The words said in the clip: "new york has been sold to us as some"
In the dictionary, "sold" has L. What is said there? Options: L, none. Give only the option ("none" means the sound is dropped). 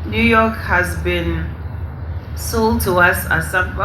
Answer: L